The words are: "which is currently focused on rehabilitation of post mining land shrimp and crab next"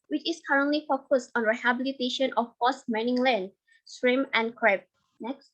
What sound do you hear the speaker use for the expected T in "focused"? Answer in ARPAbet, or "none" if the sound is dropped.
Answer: T